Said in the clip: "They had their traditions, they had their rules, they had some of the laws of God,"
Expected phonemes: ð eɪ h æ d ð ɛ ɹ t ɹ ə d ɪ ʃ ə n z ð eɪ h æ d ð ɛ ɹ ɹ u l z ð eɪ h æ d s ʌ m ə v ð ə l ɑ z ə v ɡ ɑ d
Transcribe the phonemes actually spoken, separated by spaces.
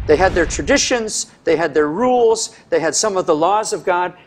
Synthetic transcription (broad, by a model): ð eɪ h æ d ð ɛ ɹ t ɹ ə d ɪ ʃ ə n z ð eɪ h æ d ð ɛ ɹ ɹ u l z ð eɪ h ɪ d s ʌ m ə v ð ə l ɑ z ə v ɡ ɑ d